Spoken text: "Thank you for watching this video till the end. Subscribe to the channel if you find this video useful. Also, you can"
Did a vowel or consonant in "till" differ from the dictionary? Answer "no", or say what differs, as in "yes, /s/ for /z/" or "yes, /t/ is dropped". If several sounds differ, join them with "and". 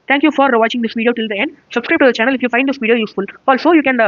no